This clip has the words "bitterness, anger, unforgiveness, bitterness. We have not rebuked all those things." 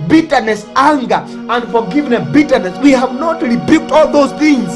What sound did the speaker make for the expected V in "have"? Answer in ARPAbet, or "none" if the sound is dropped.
V